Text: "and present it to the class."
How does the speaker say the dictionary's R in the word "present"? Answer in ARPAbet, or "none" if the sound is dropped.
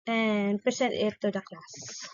none